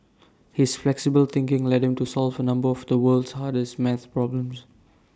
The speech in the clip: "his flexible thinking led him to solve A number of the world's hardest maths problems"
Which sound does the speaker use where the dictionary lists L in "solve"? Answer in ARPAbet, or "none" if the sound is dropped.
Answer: L